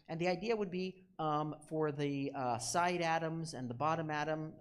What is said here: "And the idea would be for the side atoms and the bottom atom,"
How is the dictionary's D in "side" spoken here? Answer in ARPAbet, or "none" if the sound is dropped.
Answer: D